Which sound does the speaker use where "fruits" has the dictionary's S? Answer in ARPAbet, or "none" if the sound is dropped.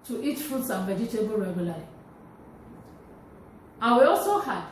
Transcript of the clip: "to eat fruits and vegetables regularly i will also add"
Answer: S